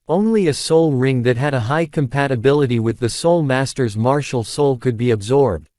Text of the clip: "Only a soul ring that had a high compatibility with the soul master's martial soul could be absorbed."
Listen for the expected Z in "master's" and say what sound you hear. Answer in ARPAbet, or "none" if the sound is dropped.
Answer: Z